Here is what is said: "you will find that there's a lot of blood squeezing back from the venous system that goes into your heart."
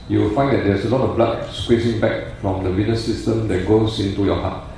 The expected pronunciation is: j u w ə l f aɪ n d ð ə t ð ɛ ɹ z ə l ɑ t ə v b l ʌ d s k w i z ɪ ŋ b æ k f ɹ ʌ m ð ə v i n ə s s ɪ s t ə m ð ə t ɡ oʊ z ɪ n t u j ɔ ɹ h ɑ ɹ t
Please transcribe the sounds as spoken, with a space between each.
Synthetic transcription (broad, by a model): j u w ə l f aɪ n d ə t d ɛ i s ə l ɑ t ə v b l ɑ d s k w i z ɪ ŋ b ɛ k f ɹ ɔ m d ə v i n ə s s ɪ s t ə m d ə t ɡ oʊ s ɪ n t u j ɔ h ɑ t